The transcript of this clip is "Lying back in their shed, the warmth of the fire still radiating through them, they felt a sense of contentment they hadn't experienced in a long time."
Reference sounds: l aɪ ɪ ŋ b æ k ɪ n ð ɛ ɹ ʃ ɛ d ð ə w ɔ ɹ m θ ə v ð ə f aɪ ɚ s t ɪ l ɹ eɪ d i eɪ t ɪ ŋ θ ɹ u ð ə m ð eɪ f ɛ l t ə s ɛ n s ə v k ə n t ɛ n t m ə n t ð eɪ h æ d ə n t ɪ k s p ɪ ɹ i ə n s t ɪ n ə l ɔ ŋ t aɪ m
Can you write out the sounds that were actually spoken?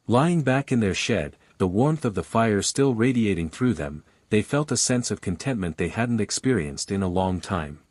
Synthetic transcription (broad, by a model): l aɪ ɪ ŋ b æ k ɪ n ð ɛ ɹ ʃ ɛ d ð ə w ɔ ɹ m θ ə v ð ə f aɪ ɚ s t ɪ l ɹ eɪ d i eɪ t ɪ ŋ θ ɹ u ð ə m ð eɪ f ɛ l t ə s ɛ n s ə v k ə n t ɛ n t m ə n ð eɪ h æ d n t ɪ k s p ɪ ɹ i ə n s t ɪ n ə l ɔ ŋ t aɪ m